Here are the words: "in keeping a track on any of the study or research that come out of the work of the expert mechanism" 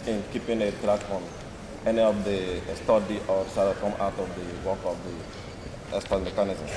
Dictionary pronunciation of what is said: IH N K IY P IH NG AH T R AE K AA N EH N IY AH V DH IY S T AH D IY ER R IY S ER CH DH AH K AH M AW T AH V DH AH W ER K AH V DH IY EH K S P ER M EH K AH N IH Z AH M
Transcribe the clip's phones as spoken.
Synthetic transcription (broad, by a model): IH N K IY P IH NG AH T R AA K AA N EH N IY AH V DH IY S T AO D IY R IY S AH K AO M AW T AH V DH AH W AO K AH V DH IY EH S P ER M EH K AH N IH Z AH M